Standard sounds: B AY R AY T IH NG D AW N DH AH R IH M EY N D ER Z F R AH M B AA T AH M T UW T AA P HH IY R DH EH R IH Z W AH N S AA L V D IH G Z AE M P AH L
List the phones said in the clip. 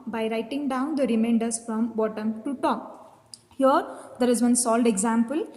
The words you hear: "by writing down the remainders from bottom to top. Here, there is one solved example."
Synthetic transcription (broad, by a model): B AY R AY T IH NG D AW N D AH R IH M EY N D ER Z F R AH M B AA T AH M T UW T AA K HH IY R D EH R IH Z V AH N S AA L D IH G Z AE M P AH L